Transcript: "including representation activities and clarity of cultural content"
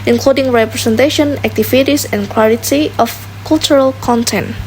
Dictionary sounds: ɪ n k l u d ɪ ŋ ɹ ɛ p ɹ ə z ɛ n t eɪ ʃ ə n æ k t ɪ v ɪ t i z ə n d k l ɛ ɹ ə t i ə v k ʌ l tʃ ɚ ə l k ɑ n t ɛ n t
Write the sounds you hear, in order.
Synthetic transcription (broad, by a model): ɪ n k l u d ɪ ŋ ɹ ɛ p ɹ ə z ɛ n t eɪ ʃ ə n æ k t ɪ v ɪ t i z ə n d k w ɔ l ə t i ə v k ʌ l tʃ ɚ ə l k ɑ n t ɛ n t